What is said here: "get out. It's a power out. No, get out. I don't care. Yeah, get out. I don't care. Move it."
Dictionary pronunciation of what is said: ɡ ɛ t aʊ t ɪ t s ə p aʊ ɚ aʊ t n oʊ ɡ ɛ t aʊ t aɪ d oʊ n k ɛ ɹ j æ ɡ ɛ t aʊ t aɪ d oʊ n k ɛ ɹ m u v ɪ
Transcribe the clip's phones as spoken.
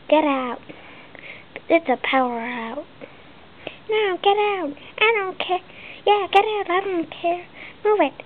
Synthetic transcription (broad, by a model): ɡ ɛ t aʊ t ɪ t s ə p aʊ ɚ aʊ t n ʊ ɡ ɛ t aʊ t aɪ d oʊ n k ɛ j æ ɡ ɛ t aʊ t aɪ d oʊ n k ɛ ɹ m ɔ w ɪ